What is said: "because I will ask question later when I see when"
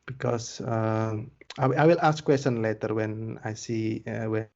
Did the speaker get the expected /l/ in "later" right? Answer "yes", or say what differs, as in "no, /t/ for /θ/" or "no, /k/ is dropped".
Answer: yes